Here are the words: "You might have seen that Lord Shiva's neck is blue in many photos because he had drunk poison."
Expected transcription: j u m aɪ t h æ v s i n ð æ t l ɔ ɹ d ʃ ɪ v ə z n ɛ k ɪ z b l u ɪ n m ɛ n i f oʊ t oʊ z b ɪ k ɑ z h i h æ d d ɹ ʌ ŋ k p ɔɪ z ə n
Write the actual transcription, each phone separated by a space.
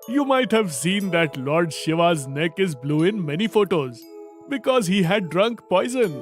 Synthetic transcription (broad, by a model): j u m aɪ t h æ v s i n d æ t l ɔ ɹ d ʃ ɪ v ə z n ɛ k ɪ z b l u ɪ n m ɛ n i f oʊ t oʊ z b ɪ k ɑ z h i h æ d d ɹ ʌ ŋ k p ɔɪ z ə n